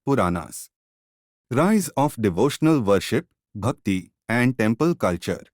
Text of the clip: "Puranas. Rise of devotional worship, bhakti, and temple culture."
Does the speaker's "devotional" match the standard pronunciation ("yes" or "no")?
yes